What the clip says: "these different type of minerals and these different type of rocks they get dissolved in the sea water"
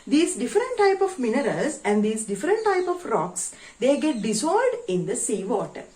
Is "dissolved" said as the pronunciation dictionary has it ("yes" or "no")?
no